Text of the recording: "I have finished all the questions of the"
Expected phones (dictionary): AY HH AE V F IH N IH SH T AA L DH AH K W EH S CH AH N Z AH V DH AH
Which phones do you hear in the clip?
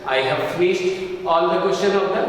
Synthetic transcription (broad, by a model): AY HH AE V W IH S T AA L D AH K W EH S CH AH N AH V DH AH